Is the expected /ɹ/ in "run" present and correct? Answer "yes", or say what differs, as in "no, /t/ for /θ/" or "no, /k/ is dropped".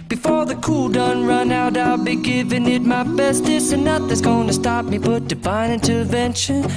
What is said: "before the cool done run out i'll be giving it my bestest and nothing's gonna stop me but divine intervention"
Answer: yes